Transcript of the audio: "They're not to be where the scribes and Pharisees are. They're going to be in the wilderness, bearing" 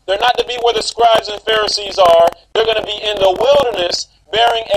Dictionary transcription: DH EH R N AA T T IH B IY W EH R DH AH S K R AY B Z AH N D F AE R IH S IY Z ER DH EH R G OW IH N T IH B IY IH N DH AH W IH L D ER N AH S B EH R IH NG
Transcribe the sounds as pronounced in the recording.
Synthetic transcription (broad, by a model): DH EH R N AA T T IH B IY W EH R DH AH S K R AY B Z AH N F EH R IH S IY Z ER DH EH R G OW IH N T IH B IY IH N DH AH W IH L D ER N AH S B EH R IH NG